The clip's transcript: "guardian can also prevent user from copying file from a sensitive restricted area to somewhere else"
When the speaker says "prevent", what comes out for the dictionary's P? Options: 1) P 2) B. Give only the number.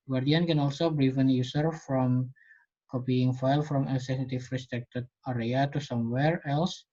2